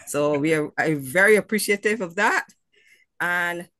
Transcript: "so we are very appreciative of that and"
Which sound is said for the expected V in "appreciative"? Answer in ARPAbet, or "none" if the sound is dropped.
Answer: V